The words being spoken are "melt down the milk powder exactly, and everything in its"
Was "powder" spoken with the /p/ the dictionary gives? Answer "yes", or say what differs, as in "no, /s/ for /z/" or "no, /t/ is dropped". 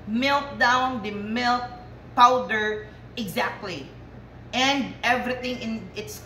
yes